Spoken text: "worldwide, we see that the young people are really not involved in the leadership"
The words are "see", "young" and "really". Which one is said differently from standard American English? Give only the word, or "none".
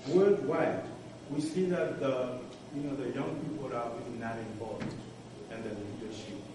really